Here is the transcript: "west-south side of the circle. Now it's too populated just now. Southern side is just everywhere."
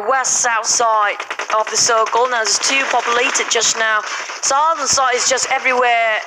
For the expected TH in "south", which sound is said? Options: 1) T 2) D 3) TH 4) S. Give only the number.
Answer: 3